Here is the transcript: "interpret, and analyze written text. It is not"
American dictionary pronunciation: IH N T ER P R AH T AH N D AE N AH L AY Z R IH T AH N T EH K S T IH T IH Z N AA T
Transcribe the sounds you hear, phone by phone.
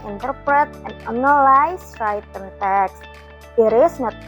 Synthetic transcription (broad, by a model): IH N T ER P R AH T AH N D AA N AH L AY S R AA T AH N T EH K S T IH T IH S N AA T